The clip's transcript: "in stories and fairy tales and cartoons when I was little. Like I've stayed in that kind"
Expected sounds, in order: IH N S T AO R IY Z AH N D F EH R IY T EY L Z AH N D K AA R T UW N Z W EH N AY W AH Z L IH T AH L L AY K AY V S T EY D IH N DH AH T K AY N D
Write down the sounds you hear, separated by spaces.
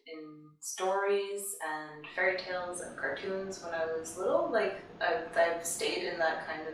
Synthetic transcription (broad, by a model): IH N S T AO R IY Z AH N F EH R IY T EY L Z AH N K AA R T UW N Z W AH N AY W AH Z L IH T L L AY K AY V S T EY D IH N DH AH T K AY N D